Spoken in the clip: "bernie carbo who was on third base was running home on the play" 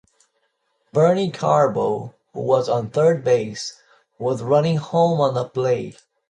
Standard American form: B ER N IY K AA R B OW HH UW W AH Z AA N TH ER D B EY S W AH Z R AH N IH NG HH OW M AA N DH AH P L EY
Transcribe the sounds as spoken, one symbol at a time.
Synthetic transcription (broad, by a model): B ER N IY K AA R B OW HH UW W AH Z N TH ER D B EY S W AH Z R AH N IH NG HH OW M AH N DH AH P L EY